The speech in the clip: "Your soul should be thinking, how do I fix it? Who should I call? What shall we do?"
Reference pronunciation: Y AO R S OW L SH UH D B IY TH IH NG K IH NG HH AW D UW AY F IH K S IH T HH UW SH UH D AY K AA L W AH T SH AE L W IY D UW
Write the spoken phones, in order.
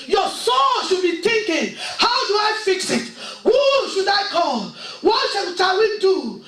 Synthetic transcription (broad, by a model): Y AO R S OW L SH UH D B IY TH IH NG K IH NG HH AW D UW AY F IH K S IH T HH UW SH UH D AY K AA L W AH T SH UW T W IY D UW